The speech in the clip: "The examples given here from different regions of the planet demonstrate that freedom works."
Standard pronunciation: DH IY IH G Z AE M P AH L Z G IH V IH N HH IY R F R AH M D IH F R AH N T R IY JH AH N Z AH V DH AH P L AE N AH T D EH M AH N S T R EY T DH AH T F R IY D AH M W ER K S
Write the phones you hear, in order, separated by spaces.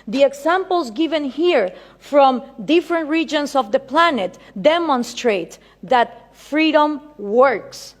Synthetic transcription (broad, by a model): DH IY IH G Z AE M P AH L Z G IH V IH N HH IY R F R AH M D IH F R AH N T R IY JH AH N S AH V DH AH P L AE N AH T D EH M AH N S T R EY T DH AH T F R IY D AH M W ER K S